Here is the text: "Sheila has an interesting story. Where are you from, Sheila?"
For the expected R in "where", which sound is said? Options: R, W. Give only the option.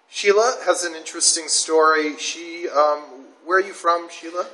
W